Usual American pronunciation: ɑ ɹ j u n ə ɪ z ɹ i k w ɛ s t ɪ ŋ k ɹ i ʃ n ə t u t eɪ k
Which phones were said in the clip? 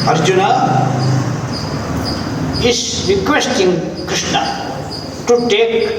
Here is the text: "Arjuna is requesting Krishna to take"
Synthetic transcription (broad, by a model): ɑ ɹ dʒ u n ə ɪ s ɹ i k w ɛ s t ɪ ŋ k i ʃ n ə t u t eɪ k